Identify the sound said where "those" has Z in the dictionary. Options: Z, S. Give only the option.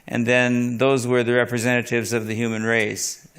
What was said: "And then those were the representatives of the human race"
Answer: Z